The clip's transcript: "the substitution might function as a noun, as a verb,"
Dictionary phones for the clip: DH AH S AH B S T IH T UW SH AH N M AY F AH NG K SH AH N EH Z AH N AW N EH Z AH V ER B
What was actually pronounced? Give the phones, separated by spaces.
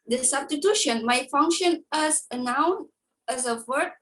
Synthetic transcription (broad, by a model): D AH S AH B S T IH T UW SH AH N M AY F AH NG K SH AH N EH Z AH N AW N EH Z AH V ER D